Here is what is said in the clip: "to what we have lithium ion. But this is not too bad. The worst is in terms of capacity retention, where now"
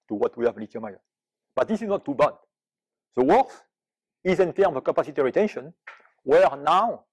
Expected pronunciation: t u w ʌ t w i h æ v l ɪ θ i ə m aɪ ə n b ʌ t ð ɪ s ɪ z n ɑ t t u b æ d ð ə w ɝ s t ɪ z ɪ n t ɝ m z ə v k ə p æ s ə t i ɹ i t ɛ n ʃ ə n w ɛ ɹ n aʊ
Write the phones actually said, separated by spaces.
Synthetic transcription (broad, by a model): t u w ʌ t w i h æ v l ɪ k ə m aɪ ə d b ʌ t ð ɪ s ɪ z n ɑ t t u b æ d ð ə w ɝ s ɪ z ɪ n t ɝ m ə k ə p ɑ s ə t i ɹ i t ɛ n ʃ ə n w ɛ ɹ n aʊ